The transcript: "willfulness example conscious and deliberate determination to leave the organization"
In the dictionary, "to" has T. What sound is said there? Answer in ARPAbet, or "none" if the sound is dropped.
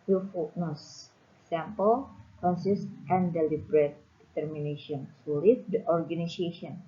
S